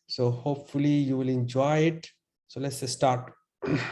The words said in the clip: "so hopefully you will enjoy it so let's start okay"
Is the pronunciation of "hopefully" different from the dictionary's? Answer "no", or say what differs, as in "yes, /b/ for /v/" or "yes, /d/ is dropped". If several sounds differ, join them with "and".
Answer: no